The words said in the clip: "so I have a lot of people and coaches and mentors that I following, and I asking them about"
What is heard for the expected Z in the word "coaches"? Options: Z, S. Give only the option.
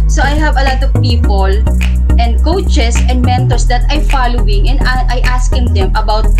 S